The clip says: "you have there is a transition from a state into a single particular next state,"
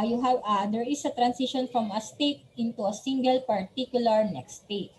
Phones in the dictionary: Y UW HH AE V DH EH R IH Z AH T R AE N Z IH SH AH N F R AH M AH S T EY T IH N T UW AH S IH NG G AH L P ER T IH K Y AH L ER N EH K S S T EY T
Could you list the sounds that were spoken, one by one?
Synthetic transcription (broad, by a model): Y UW HH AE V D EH R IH S AH T R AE N S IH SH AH N F R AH M AH S T EY T IH N T UW AH S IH NG G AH L P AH T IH K Y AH L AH N EH K S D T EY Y